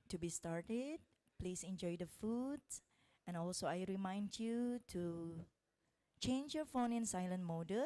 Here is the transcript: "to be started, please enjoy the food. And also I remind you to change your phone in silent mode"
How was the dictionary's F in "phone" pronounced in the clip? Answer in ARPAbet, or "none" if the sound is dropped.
F